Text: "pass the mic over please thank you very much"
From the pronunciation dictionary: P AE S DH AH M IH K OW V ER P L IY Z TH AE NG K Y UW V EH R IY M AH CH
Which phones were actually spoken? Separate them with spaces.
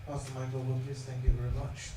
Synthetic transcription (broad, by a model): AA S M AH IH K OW B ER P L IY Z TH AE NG K Y UW V EH R IY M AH CH